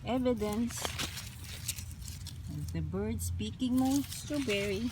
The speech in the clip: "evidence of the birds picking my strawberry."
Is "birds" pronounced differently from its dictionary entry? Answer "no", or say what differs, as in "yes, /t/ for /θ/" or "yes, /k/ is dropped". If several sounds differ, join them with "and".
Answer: yes, /s/ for /z/